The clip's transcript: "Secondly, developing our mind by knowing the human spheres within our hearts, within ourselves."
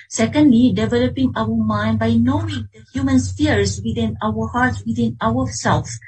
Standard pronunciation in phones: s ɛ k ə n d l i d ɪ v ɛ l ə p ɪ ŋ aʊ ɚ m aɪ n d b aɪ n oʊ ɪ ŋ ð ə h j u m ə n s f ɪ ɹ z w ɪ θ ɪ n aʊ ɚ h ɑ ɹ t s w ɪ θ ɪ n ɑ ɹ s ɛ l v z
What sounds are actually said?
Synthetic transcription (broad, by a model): s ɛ k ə n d l i d ɪ v ɛ l ə p ɪ ŋ aʊ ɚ m aɪ n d b aɪ n oʊ ɪ ŋ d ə h j u m ə n s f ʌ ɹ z w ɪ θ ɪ n aʊ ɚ h ɑ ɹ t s w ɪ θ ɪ n ɑ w s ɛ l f